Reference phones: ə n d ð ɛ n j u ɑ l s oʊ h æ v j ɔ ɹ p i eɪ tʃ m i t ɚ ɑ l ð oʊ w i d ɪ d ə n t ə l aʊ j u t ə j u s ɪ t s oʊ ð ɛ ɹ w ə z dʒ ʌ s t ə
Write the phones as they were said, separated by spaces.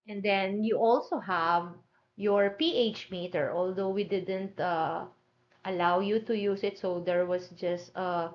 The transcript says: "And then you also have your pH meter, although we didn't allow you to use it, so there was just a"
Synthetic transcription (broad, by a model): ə n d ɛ n j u ɑ l s oʊ h æ v j ɔ ɹ p i eɪ tʃ m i t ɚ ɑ l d oʊ w i d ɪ d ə n t ə l aʊ j u t ə j u s ɪ t s oʊ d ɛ ɹ w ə s dʒ ʌ s t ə